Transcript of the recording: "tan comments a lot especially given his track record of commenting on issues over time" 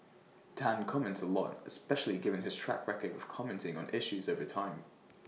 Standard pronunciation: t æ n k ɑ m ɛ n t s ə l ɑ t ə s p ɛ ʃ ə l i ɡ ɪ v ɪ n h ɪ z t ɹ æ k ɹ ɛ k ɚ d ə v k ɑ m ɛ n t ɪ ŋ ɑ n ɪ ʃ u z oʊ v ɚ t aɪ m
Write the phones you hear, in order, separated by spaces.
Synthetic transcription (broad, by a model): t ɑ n k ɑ m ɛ n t ə l ɑ t ə s p ɛ ʃ ə l i ɡ ɪ v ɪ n ɪ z t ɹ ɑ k ɹ ɛ k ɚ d ə v k ɑ m ɛ n t ɪ ŋ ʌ n ɪ ʃ u z oʊ v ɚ t aɪ m